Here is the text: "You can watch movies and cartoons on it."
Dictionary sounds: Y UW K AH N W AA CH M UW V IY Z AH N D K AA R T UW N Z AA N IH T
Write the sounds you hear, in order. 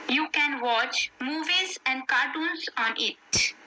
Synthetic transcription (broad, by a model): Y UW K AH N W AA CH M UW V IY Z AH N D K AA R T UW N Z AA N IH T